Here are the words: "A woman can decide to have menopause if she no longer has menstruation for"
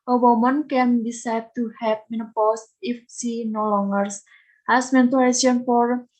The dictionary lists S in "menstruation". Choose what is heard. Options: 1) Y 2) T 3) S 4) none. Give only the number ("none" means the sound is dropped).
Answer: 4